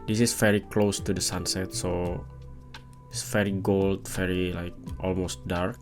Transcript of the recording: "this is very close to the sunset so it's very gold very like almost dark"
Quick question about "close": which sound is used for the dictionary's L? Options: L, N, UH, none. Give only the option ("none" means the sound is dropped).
L